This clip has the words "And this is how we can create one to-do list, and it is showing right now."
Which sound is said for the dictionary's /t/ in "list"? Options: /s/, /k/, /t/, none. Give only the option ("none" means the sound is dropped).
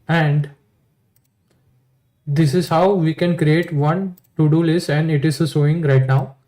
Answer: none